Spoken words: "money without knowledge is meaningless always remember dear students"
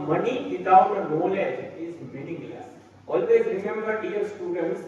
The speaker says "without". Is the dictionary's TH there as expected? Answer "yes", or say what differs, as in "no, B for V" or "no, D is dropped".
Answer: no, T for TH